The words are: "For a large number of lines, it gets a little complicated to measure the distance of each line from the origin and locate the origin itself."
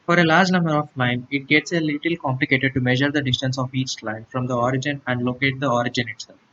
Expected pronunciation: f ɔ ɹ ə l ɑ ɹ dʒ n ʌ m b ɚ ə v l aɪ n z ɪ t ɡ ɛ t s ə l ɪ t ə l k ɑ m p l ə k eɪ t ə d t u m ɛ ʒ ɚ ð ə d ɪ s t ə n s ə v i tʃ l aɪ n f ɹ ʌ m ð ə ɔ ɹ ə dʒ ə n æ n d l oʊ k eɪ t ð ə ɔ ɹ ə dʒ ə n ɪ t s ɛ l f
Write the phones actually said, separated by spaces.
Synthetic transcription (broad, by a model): f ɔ ɹ ə l ɑ ɹ dʒ n ʌ m b ɚ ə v l aɪ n ɪ t ɡ ɛ t s ə l ɪ t ə l k ɑ m p l ə k eɪ t ə d t u m ɛ ʒ ɚ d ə d ɪ s t ə n s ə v i tʃ l aɪ n f ɹ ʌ m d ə ɔ ɹ ə dʒ ə n æ n d l oʊ k eɪ t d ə ɔ ɹ ə dʒ ə n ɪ t s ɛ l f